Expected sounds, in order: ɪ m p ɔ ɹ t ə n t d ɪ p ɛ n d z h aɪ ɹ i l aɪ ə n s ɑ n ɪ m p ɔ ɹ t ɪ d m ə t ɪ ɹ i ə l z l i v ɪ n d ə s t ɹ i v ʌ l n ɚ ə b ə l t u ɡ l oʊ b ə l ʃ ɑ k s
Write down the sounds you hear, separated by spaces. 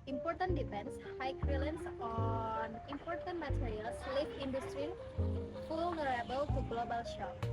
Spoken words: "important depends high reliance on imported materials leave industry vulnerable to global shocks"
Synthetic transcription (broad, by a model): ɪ m p ɔ ɹ t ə n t d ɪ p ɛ n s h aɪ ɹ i l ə n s ɑ n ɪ m p ɔ ɹ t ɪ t m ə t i ɹ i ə l s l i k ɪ n d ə s t ɹ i f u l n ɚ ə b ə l t u ɡ l oʊ b ə l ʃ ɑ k